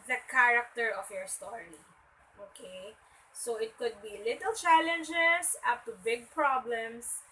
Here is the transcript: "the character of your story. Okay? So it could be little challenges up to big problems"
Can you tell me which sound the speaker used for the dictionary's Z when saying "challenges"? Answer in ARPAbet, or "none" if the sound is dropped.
S